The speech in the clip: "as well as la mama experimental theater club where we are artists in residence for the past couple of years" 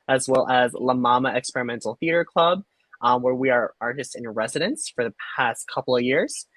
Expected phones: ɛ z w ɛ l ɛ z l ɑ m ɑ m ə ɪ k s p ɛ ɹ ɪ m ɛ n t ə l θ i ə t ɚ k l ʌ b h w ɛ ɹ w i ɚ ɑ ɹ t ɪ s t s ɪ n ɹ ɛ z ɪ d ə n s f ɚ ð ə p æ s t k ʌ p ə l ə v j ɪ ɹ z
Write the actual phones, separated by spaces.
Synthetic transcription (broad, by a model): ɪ z w ɛ l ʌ z l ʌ m ɑ m ə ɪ k s p ɛ ɹ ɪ m ɛ n t l θ i ə t ɚ k l ʌ b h w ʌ ɹ w i ɚ ɑ ɹ t ɪ s t s ɪ n ɹ ɛ z ɪ d ə n s f ɚ ð ə p æ s t k ʌ p l ə v j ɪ ɹ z